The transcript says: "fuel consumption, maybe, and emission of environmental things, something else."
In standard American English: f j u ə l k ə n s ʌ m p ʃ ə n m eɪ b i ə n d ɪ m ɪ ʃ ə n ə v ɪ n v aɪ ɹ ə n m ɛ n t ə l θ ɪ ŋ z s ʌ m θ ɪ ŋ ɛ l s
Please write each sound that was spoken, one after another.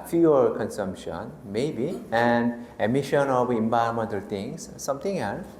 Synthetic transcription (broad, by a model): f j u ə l k ə n s ʌ m p ʃ ə n m eɪ b i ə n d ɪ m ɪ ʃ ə n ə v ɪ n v aɪ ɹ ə m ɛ n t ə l t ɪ ŋ s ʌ m t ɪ ŋ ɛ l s